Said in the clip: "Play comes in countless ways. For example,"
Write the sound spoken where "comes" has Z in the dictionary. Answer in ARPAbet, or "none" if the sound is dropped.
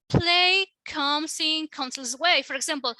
S